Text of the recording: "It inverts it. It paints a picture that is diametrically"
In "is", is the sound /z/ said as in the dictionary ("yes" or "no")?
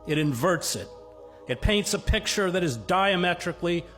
yes